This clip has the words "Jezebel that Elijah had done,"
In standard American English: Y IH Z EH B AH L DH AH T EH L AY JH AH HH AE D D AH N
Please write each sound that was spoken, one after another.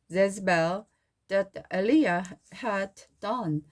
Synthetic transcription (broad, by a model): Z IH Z B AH L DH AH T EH L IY AH HH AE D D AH N